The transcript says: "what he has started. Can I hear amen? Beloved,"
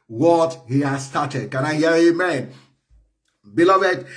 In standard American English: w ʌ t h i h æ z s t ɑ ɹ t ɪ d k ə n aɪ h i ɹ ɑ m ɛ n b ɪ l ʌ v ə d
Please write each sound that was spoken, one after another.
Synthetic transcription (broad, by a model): w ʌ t h i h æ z s t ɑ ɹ t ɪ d k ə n aɪ h i ɹ ɑ m ɛ n b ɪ l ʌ v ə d